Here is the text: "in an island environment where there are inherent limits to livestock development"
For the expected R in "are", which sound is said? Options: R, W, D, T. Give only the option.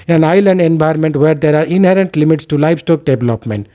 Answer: R